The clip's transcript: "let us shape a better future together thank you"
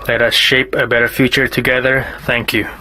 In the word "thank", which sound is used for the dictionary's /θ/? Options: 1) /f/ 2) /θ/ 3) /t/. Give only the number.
2